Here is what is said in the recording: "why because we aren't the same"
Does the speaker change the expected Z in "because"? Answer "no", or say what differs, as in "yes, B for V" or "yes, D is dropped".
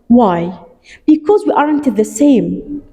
no